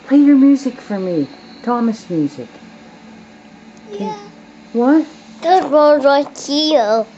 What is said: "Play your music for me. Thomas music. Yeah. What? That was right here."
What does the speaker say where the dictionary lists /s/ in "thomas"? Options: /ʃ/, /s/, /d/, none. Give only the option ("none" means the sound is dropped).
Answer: /s/